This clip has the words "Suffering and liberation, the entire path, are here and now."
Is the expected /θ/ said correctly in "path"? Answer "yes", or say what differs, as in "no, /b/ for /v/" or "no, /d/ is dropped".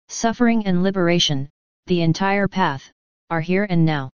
yes